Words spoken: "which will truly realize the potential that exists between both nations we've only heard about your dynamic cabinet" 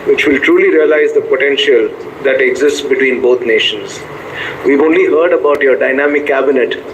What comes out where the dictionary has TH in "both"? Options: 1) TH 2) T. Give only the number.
2